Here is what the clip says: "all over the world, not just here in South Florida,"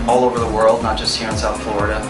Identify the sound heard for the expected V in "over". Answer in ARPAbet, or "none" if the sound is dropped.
V